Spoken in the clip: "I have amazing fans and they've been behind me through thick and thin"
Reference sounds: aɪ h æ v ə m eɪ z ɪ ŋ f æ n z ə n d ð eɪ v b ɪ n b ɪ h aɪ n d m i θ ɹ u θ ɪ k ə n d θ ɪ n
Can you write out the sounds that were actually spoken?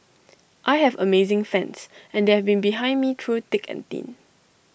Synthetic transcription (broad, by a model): aɪ h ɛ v ə m eɪ z ɪ ŋ f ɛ n s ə n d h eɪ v b ɪ n b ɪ h aɪ n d m i t ɹ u t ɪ k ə n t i n